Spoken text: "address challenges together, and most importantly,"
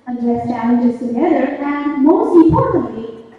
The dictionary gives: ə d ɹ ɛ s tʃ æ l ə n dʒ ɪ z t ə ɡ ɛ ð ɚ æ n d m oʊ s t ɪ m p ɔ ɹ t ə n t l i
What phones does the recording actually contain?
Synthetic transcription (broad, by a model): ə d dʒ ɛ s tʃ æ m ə dʒ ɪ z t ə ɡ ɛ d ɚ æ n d m oʊ s t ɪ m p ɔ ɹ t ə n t l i